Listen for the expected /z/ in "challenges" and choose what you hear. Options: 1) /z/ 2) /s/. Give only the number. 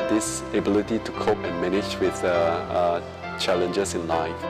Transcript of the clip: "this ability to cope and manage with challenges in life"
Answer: 2